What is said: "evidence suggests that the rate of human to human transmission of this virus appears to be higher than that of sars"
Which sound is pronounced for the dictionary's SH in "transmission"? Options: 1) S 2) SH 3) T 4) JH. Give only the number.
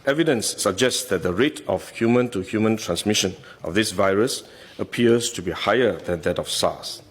2